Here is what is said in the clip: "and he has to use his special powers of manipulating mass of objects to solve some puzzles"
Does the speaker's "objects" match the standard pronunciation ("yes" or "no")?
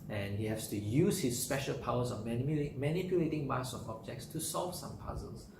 yes